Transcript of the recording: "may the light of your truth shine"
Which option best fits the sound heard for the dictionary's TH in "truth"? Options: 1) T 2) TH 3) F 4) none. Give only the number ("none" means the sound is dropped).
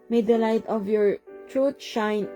1